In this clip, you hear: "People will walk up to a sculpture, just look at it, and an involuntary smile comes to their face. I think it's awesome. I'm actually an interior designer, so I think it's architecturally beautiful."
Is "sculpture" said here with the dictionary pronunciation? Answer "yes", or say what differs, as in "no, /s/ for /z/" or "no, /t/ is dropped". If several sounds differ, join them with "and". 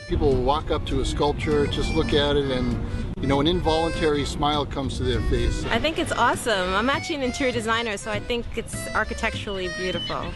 yes